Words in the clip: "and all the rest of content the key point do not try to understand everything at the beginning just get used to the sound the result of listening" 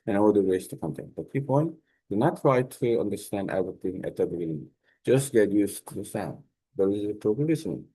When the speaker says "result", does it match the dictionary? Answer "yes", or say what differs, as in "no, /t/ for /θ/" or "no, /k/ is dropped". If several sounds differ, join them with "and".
no, /l/ is dropped